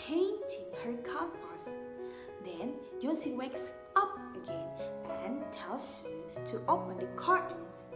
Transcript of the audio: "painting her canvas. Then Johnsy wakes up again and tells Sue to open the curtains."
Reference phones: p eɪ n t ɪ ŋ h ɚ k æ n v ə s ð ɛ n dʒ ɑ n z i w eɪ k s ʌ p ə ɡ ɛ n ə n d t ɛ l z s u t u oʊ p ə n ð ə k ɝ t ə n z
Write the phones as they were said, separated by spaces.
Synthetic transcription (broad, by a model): eɪ n t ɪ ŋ h ɚ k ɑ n f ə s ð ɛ n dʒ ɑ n s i w eɪ k s ʌ p ə ɡ ɛ n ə n t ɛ l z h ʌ t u oʊ p ə n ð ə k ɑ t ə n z